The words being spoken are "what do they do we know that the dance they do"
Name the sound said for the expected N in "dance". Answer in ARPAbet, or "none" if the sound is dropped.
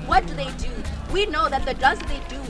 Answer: none